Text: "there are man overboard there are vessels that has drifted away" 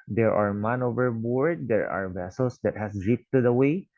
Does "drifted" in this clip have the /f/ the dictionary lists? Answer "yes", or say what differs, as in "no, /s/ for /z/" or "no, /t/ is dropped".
no, /p/ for /f/